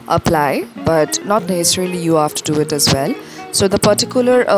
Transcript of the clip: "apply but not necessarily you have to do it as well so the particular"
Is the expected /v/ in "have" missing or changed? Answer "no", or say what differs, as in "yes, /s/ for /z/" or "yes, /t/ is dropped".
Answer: yes, /f/ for /v/